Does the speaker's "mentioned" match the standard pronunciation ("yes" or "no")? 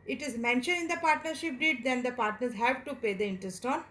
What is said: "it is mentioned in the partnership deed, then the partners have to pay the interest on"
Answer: no